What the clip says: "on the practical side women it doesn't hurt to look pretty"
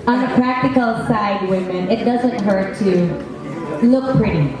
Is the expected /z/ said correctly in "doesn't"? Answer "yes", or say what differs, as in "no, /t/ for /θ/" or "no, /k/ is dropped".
yes